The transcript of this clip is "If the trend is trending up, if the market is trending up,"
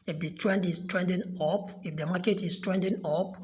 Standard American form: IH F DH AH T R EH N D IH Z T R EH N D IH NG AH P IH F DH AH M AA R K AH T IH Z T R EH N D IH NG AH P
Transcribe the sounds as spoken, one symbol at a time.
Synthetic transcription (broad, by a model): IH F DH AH T R EH N D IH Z T R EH N D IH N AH P IH F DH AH M AA K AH T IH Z T R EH N D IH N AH P